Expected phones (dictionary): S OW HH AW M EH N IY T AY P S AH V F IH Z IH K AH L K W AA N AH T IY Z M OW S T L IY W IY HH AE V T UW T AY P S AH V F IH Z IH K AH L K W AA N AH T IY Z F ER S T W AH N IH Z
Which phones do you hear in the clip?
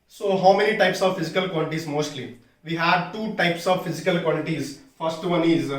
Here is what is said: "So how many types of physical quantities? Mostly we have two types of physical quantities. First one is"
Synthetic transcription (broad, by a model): S OW HH AW M EH N IY T AY P S AH V F IH Z IH K AH L K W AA L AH T IY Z M OW S T L IY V IY HH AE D T UW T AY P S AH V F IH Z IH K AH L K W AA L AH T IY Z F ER S T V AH N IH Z